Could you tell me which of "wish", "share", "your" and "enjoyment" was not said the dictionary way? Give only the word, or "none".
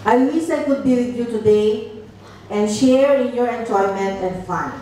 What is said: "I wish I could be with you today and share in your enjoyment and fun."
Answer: wish